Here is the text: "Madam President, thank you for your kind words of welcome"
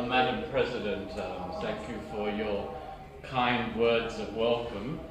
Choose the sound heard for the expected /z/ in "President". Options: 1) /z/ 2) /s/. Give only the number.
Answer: 1